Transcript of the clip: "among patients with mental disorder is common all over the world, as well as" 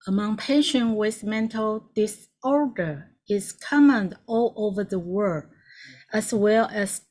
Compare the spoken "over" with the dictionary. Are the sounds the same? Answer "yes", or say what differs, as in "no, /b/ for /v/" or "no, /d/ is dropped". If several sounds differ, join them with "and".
yes